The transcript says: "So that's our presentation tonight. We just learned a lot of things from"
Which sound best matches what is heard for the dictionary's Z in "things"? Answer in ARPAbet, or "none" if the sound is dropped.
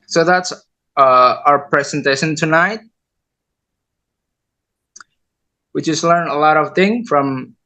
none